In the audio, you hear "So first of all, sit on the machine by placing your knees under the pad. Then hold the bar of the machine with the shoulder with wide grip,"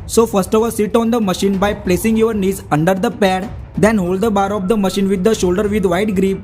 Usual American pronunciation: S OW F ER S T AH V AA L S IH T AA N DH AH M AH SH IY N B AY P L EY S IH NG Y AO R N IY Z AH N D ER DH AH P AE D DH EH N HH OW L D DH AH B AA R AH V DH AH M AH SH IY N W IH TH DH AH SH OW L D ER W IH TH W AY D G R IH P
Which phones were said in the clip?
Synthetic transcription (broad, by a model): S OW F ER S T AH V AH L S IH T AA N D AH M AH SH IY N B AY P L EY S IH NG Y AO R N IY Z AH N D ER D AH P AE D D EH N HH OW L D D AH B AA R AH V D AH M AH SH IY N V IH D AH SH OW L D ER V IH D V AY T G R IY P